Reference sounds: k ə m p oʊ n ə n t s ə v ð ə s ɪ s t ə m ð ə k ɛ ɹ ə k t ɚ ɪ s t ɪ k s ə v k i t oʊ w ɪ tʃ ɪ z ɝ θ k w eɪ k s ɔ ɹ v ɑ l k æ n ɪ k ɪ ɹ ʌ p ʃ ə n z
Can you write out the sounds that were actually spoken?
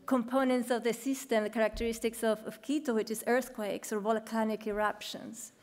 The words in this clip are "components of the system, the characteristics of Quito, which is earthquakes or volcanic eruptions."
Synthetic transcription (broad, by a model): k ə m p oʊ n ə n t s ə v ð ə s ɪ s t ə m ð ə k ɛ ɹ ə k t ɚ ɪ s t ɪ k s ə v k i t oʊ w ɪ tʃ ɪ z ɝ θ k w eɪ k s ɔ ɹ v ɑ l k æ n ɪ k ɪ ɹ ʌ p ʃ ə n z